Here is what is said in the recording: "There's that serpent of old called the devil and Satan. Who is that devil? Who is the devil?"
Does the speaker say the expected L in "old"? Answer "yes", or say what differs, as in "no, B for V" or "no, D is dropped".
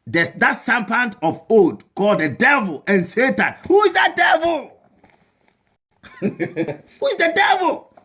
no, L is dropped